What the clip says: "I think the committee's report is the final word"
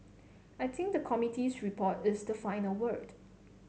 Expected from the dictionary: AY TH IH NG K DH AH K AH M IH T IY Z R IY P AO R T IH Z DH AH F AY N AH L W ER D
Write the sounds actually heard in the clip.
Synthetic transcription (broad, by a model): AY T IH NG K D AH K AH M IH T IY S R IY P AO T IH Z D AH F AY N AH L W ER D